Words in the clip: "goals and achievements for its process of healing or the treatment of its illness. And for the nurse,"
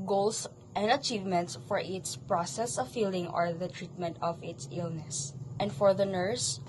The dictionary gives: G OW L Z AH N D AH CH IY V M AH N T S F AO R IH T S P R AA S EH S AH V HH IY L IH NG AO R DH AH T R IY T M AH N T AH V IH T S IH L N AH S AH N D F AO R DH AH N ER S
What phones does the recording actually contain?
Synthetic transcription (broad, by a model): G OW L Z AH N D AH CH IY V M AH N T S F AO R IH T S P R AA S EH S AH V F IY L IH NG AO R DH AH T R IY T M AH N T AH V IH T S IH L N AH S AH N D F AO R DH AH N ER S